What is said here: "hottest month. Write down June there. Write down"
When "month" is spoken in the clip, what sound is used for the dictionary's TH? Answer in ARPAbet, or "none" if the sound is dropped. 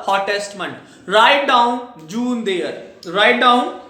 T